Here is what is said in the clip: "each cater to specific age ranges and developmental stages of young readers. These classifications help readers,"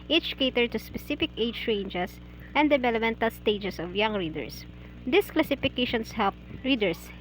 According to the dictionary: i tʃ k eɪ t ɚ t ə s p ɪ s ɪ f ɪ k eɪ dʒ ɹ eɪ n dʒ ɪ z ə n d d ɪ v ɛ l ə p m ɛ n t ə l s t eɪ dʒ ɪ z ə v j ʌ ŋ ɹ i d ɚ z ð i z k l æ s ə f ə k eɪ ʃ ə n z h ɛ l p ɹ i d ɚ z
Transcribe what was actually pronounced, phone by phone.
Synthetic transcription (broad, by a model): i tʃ k eɪ t ɚ t ə s p ɪ s ɪ f ɪ k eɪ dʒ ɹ eɪ n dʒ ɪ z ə n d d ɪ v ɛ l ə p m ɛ n t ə l s t eɪ dʒ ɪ s ə v j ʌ ŋ ɹ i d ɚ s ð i s k l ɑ s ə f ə k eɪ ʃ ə n s h ɛ l p ɹ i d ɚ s